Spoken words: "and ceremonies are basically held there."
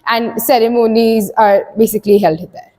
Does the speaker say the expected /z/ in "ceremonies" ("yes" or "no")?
yes